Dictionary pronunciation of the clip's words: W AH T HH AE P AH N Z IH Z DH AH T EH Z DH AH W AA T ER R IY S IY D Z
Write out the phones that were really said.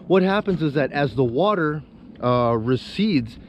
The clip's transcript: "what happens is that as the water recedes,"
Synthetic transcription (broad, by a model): W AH T HH AE P AH N Z IH Z DH AH T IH Z DH AH W AA T ER R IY S IY D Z